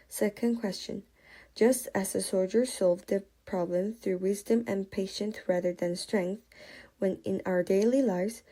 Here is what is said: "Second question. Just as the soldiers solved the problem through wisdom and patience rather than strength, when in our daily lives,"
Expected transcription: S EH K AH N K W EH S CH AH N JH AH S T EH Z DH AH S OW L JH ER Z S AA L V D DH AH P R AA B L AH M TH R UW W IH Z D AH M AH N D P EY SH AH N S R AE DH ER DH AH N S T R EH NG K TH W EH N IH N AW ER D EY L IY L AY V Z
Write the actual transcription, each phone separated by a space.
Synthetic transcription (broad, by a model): S EH K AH N K W EH S CH AH N JH AH S T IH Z DH AH S OW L JH ER S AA L V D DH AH P R AA B L AH M TH R UW W IH Z D AH M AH N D P EY SH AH N TH R AE DH ER DH AH N S T R EH NG K TH W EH N IH N AW ER D EY L IY L AY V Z